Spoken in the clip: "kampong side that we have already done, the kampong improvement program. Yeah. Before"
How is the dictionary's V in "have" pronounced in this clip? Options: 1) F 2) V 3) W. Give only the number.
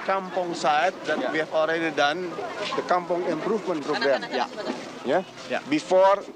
1